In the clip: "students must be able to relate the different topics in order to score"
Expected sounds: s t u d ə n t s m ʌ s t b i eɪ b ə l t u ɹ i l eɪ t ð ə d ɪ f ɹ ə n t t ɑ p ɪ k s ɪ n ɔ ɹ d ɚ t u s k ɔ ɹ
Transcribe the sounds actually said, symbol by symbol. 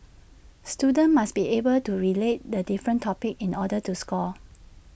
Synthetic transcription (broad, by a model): s t u d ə n m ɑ s b i eɪ b ə l t u ɹ i l eɪ t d ə d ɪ f ɹ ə n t t ɑ p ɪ k ɪ n ɔ d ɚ t u s k ɔ